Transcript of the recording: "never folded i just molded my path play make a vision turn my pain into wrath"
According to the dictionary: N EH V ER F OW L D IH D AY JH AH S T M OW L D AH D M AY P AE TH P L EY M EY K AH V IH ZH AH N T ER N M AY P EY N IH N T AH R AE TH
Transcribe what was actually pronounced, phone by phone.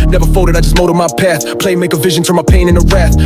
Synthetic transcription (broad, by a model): N EH V ER F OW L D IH D AY JH AH S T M OW D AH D M AY P AE TH P L EY M EY K AH V IH ZH AH N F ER M AY P EY N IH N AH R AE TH